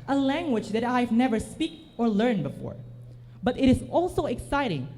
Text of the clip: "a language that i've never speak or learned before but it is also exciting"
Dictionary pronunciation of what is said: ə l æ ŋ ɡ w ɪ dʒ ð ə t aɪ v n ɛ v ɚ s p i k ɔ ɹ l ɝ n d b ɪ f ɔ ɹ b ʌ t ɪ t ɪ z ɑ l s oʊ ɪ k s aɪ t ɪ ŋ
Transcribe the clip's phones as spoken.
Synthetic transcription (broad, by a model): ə l æ ŋ ɡ w ɪ dʒ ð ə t aɪ v n ɛ v ɚ s p i k ɔ ɹ l ɝ n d b ɪ f ɔ ɹ b ʌ t ɪ t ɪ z ɑ l s oʊ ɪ k s aɪ t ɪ ŋ